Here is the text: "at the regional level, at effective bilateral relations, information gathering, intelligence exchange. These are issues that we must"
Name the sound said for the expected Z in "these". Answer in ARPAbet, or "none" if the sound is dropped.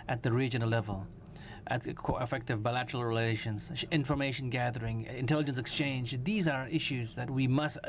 Z